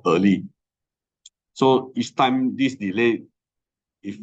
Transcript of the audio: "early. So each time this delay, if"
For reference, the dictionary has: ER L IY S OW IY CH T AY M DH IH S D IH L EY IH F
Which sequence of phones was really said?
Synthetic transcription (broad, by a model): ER L IY S OW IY S T AY M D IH S D IH L EY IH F